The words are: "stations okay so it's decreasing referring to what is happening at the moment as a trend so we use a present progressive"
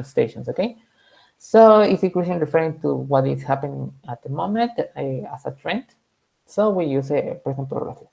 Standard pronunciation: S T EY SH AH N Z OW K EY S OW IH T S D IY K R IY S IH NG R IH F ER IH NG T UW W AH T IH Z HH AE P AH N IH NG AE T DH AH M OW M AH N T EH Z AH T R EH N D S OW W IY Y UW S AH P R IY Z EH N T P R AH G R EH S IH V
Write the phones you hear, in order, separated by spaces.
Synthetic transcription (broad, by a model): S T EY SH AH N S OW K EY S OW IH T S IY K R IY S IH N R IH F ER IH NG T UW W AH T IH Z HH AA P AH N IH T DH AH M OW M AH N T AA S AH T R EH N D S OW W IY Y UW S AH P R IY S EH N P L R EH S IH